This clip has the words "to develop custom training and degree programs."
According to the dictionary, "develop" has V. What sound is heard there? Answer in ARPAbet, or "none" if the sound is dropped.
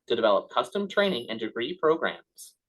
V